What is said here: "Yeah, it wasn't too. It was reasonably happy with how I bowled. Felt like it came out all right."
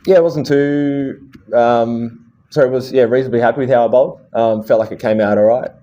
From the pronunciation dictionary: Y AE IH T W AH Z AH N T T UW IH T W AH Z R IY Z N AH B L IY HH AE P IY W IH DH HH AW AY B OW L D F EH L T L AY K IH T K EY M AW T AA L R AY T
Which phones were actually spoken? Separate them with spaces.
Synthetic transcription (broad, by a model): Y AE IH T W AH Z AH N T S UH IH T W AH Z R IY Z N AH B L IY HH AE P IY W IH DH HH AW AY B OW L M F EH L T L AY K IH T K EY M AW T AA L R AY T